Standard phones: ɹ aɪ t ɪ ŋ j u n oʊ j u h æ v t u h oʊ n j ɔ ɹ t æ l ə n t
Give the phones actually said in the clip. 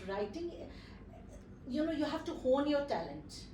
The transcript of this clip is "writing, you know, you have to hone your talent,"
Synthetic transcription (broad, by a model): ɹ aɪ t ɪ ŋ j u n oʊ j u h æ f t u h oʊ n j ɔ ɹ t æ l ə n t